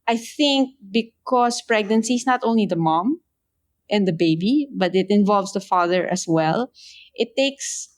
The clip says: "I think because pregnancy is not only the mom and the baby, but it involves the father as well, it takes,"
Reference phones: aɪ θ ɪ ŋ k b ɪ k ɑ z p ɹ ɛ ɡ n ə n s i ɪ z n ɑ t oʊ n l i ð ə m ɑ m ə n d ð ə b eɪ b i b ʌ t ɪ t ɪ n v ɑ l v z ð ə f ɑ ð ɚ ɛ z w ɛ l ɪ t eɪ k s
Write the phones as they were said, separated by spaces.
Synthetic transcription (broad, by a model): aɪ θ ɪ ŋ k b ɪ k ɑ s p ɹ ɛ ɡ n ə n s i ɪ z n ɑ t oʊ n l i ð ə m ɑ m ə n d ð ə b eɪ b i b ʌ t ɪ t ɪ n v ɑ l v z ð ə f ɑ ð ɚ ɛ s w ɛ l ɪ t eɪ k s